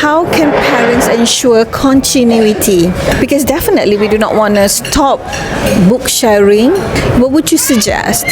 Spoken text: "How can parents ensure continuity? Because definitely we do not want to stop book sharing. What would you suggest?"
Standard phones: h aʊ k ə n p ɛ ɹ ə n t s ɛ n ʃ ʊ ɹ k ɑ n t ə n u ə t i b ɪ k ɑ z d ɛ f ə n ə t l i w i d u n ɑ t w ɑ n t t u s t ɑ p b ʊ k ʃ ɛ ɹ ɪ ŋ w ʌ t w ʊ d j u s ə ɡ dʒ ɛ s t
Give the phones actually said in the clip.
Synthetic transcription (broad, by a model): h aʊ k ə n p ɛ ɹ ə n t s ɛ n ʃ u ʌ k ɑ n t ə n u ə t i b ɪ k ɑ s d ɛ f ə n ə t l i w i d u n ɑ t w ɑ n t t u s t ɑ p b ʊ k ʃ ɛ ɹ ɪ ŋ w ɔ t w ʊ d j u s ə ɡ dʒ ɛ s t